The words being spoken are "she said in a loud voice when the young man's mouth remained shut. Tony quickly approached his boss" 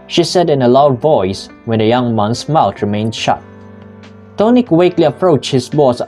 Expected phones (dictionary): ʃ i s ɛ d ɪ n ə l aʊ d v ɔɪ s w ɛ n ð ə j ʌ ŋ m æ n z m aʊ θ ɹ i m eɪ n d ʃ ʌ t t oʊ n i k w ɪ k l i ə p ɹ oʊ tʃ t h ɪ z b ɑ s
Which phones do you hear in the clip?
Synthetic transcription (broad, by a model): ʃ i s ɛ d ɪ n ə l aʊ d v ɔɪ s w ɛ n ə j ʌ ŋ m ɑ n s m aʊ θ ɹ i m eɪ n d ʃ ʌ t t oʊ n i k w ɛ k l i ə p ɹ oʊ tʃ h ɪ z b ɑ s